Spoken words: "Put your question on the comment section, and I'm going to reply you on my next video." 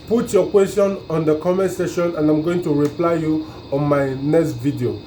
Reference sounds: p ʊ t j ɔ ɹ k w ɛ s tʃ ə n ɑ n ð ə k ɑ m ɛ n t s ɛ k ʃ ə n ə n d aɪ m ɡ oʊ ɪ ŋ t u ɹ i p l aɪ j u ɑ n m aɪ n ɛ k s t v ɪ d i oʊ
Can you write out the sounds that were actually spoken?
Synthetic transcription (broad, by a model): p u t j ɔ k w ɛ s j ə n ɑ n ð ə k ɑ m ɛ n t s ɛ ʃ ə n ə n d aɪ m ɡ oʊ ɪ ŋ t u ɹ i p l aɪ j u ɑ n m aɪ n ɛ k s t v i d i oʊ